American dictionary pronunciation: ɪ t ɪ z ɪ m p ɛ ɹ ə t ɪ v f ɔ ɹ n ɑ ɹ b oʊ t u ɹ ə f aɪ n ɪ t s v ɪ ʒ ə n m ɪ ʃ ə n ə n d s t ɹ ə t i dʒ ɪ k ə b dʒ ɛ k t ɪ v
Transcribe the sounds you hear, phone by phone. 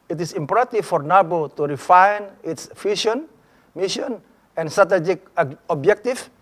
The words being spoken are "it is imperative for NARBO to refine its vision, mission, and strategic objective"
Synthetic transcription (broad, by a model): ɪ t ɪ s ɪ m p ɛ ɹ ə t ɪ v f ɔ ɹ n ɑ b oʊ t u ɹ ə f aɪ n ɪ t s f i ʃ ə n m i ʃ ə n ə n s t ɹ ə t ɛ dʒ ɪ k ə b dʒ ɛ k t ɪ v